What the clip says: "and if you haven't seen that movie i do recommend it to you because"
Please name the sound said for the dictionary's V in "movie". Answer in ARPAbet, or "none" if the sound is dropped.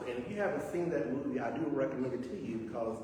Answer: none